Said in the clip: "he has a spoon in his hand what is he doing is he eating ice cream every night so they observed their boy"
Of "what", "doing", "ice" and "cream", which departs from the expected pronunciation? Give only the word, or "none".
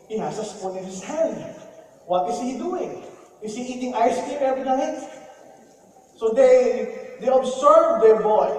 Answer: cream